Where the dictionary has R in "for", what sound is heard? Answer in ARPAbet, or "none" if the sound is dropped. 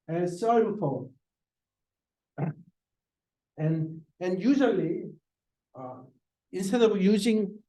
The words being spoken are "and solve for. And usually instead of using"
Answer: L